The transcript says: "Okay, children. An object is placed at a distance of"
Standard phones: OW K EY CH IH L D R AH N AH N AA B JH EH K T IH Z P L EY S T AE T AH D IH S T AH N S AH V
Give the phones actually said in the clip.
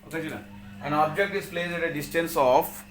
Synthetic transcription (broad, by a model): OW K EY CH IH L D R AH AH N AA B JH EH K T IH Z P L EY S AE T AH D IH S T AH N S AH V